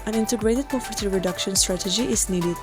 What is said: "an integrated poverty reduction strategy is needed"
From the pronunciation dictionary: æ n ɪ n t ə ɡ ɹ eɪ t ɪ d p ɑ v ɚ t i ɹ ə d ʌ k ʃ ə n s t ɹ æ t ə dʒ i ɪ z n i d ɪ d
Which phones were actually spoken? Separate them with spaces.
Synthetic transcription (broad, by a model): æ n ɪ n t ə ɡ ɹ eɪ t ɪ d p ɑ p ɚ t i ɹ ə d ʌ k ʃ ə n s t ɹ æ t ə dʒ i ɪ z n i d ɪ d